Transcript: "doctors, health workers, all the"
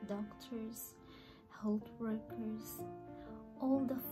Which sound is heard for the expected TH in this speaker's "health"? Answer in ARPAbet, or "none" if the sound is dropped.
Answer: T